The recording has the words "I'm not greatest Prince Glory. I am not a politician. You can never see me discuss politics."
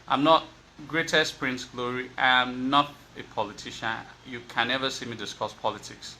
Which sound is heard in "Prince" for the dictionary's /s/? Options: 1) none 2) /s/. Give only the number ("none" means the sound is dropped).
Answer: 2